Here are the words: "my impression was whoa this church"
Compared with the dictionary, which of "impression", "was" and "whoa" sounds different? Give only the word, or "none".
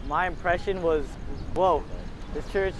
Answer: none